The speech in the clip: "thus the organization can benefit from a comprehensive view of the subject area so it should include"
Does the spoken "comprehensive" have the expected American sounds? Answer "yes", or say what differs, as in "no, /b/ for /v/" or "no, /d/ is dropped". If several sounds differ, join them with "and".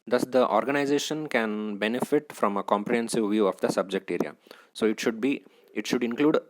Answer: yes